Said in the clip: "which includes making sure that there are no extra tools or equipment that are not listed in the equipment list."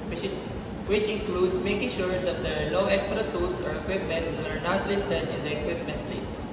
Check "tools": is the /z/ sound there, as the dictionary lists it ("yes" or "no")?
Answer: no